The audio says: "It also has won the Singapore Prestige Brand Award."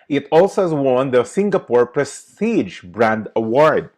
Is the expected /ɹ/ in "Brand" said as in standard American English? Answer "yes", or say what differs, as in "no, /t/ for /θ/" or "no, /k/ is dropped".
yes